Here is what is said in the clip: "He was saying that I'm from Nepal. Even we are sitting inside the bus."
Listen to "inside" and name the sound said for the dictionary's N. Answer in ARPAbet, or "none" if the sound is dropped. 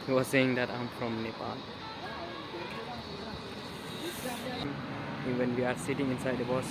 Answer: N